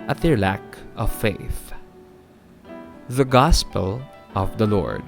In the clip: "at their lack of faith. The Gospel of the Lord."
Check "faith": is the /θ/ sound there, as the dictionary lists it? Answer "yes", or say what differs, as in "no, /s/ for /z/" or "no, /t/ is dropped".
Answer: yes